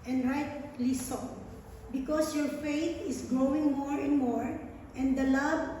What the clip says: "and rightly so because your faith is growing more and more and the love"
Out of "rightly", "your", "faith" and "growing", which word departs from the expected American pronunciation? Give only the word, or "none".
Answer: faith